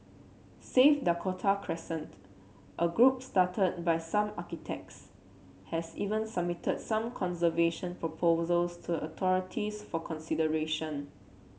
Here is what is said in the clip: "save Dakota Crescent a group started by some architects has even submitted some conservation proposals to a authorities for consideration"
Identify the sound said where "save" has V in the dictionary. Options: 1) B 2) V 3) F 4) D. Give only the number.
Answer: 3